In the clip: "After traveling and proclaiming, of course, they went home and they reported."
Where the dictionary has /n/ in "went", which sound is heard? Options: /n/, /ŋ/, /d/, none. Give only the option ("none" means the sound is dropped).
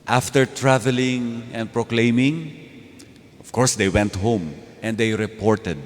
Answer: /n/